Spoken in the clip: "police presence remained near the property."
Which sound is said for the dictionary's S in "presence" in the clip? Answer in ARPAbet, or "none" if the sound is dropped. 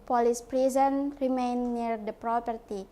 none